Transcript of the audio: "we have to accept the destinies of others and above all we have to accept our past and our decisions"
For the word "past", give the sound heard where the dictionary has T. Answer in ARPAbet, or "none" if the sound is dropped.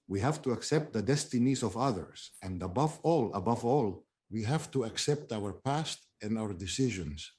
T